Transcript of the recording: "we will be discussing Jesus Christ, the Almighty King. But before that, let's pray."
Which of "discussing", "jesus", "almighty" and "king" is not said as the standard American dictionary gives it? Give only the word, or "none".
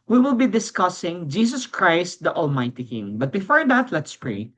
jesus